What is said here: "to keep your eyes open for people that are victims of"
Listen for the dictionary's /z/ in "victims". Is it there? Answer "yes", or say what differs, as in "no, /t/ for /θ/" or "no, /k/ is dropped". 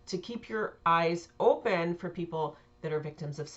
yes